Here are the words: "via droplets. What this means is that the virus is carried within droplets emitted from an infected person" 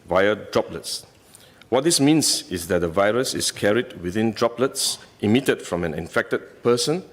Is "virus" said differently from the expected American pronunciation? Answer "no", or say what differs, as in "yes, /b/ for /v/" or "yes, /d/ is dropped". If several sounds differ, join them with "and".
no